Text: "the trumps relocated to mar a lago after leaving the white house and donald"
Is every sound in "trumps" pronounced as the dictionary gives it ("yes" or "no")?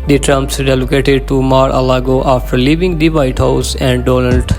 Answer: yes